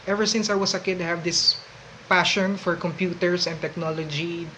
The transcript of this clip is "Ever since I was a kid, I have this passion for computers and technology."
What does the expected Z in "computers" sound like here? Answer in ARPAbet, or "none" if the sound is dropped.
S